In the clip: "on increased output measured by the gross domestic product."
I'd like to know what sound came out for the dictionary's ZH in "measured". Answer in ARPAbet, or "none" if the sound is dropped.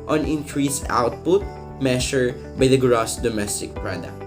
SH